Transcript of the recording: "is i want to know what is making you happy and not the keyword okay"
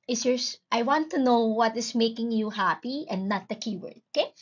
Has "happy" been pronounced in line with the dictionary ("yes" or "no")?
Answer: yes